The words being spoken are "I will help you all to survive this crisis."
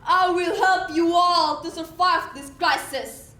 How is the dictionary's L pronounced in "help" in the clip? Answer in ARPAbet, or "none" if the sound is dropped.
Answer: L